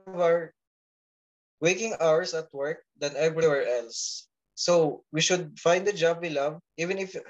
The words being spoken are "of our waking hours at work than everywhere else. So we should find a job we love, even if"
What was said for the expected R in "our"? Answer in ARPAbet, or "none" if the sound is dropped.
R